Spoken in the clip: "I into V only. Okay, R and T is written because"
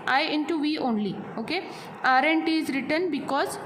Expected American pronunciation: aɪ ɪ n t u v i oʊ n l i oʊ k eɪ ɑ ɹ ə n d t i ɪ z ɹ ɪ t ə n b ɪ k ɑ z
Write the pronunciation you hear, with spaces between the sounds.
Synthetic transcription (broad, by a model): aɪ ɪ n t u v i oʊ n l i oʊ k eɪ ɑ ɹ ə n t i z ɹ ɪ t ə n b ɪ k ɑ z